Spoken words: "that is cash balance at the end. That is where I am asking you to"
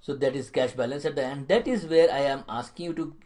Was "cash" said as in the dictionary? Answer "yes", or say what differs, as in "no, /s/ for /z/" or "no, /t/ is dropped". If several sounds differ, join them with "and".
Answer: yes